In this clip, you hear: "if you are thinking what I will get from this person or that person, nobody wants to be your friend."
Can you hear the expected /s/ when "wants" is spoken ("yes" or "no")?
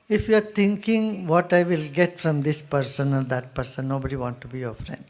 no